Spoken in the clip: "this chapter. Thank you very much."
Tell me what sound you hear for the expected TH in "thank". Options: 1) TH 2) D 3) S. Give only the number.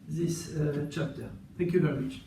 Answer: 1